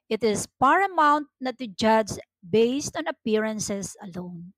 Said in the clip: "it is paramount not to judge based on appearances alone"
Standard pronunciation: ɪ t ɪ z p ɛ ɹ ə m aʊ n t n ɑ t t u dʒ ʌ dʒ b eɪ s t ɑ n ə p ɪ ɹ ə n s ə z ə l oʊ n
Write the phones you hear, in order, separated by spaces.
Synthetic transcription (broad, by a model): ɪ t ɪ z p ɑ ɹ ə m aʊ n t n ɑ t t u dʒ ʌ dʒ b eɪ s t ɑ n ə p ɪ ɹ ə n s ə s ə l oʊ n